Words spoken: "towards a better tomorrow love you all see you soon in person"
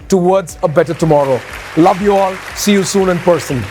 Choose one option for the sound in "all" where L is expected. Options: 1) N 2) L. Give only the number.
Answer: 2